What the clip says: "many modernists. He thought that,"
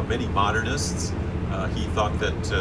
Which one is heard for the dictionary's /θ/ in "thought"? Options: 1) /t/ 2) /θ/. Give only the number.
2